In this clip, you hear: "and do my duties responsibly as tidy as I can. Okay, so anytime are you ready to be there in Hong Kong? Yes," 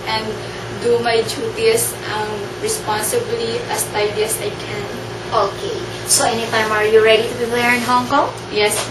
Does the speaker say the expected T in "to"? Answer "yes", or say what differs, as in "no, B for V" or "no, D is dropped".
yes